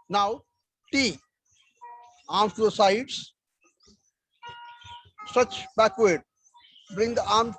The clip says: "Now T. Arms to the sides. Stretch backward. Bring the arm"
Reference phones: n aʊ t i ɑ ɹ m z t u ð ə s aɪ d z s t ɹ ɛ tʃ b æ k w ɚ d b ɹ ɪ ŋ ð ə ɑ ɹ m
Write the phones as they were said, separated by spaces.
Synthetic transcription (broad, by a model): n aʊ t i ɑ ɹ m s t u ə s aɪ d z s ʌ tʃ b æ k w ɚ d b ɹ ɪ ŋ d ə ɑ ɹ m